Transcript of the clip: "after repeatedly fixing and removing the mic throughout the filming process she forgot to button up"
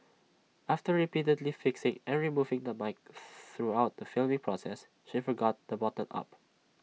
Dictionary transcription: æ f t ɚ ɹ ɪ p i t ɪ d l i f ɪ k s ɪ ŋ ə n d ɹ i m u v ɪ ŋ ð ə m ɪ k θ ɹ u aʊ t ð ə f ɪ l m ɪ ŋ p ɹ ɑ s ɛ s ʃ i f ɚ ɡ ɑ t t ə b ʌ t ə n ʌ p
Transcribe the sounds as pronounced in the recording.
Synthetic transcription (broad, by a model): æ f t ɚ ɹ ɪ p i t ɪ d l i f ɪ k s ɪ ŋ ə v ɹ i m u v ɪ ŋ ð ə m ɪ k θ ɹ u aʊ t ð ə f ɪ l m ɪ ŋ p ɹ ɑ s ɛ s ʃ i f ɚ ɡ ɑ t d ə b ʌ t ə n ʌ p